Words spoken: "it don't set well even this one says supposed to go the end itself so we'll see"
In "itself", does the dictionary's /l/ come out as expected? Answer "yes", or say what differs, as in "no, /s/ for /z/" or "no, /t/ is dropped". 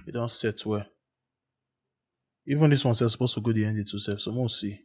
no, /l/ is dropped